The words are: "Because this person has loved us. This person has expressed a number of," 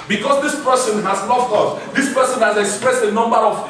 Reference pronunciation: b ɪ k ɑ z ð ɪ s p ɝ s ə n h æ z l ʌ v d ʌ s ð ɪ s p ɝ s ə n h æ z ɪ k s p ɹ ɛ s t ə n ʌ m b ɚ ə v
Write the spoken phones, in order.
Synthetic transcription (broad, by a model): b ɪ k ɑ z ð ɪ s p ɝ s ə n h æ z n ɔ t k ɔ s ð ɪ s p ɝ s ə n h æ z ɪ k s p ɹ ɛ s t ə n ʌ m b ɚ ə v